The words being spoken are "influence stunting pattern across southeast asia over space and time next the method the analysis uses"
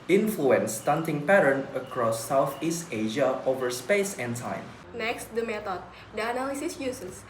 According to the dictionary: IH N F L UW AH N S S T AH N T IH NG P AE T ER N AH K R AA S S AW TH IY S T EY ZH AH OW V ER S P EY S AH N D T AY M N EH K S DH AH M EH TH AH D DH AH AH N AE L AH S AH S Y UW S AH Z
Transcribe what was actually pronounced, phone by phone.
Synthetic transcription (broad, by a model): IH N F L UW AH N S S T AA N T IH NG P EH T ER N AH K R AA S S AW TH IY S T EY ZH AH OW V ER S P EY S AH N T AY M N EH K S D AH M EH T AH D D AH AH N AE L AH S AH S Y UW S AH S